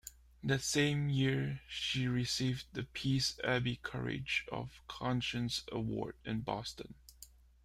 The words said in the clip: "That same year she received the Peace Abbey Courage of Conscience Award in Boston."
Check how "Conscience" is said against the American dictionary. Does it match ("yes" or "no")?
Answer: yes